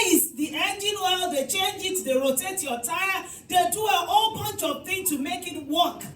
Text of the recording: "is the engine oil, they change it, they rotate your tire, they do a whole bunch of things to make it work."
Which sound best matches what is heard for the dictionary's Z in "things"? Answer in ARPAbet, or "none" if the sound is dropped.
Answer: none